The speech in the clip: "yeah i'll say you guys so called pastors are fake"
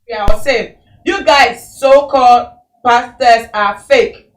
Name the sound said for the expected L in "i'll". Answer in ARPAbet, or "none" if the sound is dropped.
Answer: W